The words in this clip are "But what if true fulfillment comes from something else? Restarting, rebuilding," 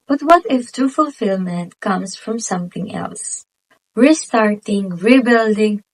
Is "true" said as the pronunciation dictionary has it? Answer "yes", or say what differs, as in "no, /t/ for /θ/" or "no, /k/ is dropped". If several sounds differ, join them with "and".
no, /ɹ/ is dropped